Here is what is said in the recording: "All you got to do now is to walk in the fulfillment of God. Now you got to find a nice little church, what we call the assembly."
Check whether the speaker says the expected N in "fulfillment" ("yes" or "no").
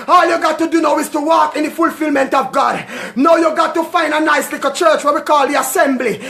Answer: yes